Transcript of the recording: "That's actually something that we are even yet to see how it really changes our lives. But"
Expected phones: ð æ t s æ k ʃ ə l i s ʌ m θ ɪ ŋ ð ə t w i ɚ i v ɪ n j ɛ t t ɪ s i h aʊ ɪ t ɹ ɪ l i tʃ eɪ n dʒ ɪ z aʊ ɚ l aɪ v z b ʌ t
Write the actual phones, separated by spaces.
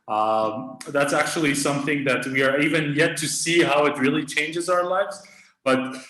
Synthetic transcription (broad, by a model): ð æ t s æ k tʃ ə l i s ʌ m θ ɪ ŋ ð ə t w i ɚ i v ɪ n j ɛ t t ɪ s i h aʊ ɪ t ɹ ɪ l i tʃ eɪ n dʒ ɪ z aʊ ɚ l aɪ v z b ʌ t